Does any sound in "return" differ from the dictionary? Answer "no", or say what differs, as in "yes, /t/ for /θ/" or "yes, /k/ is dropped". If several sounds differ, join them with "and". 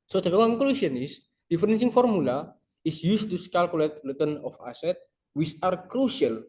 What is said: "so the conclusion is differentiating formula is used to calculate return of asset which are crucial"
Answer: yes, /l/ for /ɹ/